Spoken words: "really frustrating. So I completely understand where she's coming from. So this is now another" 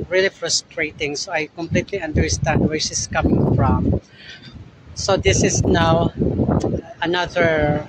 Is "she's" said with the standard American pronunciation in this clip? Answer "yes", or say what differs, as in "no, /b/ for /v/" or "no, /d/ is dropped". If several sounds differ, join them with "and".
no, /s/ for /z/